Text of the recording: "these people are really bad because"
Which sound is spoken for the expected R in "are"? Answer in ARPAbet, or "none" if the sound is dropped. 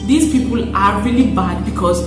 R